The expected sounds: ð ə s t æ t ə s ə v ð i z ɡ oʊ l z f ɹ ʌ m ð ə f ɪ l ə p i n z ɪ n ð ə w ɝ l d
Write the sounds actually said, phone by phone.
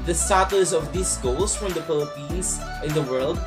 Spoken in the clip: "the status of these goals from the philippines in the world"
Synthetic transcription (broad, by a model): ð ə s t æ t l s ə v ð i s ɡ oʊ l s f ɹ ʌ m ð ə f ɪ l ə p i n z ɪ n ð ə w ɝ l d